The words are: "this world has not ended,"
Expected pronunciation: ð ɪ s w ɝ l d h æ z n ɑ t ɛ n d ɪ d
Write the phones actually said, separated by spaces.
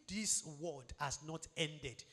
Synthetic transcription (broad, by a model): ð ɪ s w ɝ d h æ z n ɑ t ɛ n d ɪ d